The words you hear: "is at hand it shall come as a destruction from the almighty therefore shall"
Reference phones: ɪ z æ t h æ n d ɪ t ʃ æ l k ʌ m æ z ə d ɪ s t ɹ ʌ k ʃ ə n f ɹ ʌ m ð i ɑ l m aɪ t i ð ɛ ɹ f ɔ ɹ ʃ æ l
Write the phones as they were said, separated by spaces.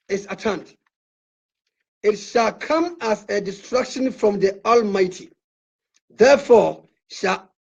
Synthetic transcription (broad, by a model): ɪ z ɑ t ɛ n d ɪ t ʃ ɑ l k ʌ m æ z ə d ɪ s t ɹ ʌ k ʃ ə n f ɹ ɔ m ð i ɑ l m aɪ t i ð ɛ f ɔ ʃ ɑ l